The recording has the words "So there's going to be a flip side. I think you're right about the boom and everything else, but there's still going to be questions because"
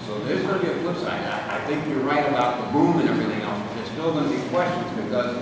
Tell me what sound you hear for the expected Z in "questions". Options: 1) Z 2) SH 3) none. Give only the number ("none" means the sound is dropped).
1